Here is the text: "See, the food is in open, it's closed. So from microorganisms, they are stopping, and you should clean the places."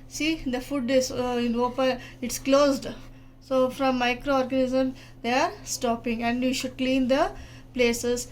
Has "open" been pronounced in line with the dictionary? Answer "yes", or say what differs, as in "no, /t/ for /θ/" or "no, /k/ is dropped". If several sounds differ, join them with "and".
no, /n/ is dropped